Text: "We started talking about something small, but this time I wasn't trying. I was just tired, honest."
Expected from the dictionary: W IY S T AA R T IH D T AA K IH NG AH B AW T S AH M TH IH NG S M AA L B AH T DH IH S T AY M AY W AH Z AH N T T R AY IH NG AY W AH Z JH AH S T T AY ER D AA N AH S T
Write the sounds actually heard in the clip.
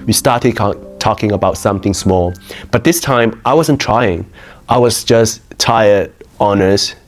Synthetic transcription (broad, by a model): W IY S T AA R T IH D T AA K IH NG AH B AW T S AH M TH IH NG S M AA L B AH T DH IH S T AY M AY W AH Z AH N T T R AY IH NG AY W AH Z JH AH S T T AY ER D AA N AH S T